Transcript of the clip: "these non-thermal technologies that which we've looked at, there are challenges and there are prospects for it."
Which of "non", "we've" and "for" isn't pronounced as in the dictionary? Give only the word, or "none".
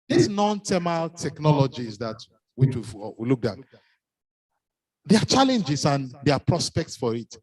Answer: we've